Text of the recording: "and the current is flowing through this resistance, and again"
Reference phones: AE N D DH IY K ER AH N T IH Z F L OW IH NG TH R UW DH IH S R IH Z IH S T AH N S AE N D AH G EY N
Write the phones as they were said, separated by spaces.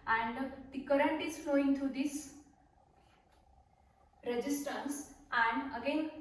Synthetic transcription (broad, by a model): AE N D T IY K ER AH N T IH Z F L OW IH NG T R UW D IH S R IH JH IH S T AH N S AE N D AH G EY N